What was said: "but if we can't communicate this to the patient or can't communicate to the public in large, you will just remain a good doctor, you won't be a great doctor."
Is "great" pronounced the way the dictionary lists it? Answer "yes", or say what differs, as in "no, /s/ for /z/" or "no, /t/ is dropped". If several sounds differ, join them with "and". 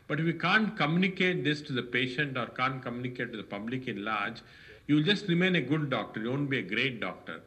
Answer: yes